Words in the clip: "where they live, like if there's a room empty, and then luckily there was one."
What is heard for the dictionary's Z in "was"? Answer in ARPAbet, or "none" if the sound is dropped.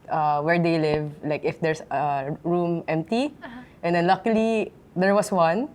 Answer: S